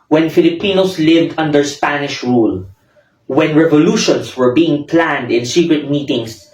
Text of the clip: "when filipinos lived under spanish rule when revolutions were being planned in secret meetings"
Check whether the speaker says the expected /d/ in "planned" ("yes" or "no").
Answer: yes